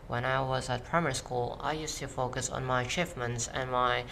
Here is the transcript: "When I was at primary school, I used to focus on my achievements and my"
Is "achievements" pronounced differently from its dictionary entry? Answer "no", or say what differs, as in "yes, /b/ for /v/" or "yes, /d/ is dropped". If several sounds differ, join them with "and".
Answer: yes, /f/ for /v/